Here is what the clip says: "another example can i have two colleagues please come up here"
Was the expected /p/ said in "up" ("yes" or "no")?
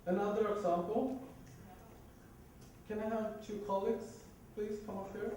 no